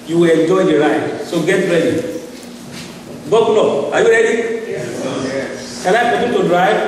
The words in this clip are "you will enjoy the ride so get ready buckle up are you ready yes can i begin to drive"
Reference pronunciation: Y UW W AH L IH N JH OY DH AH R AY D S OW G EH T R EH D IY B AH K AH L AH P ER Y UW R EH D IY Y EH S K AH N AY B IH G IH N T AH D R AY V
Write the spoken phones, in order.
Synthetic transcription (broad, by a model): Y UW W AH L IH N JH OY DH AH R AY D S OW G EH T R EH D IY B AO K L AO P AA Y UW R EH D IY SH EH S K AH L AY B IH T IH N T AH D R AY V